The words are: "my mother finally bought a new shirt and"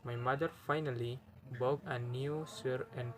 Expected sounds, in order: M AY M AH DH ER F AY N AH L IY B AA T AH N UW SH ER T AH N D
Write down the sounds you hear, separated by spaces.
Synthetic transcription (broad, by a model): M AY M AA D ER F AY N AH L IY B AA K AH N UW S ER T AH N